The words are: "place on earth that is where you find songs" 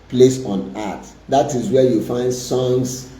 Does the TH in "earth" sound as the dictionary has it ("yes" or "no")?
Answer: no